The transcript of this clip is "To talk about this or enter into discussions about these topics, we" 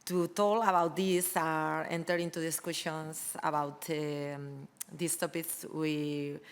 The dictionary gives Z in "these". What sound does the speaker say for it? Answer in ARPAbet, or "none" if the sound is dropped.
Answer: S